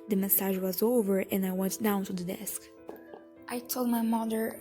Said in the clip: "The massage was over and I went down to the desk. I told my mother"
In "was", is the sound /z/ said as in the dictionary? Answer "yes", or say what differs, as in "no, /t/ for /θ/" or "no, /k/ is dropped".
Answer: yes